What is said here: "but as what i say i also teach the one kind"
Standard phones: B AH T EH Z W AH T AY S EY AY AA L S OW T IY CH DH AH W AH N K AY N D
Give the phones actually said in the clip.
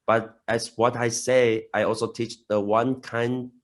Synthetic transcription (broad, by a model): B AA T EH S W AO T AY S EY AY AA L S OW T IY CH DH AH W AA N K AY N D